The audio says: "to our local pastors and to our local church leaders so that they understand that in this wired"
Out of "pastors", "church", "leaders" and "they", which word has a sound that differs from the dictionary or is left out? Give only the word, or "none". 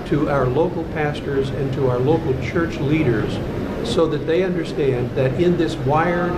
none